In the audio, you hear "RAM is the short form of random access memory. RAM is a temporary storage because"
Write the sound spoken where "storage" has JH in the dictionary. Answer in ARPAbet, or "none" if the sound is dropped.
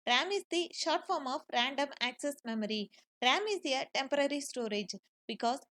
JH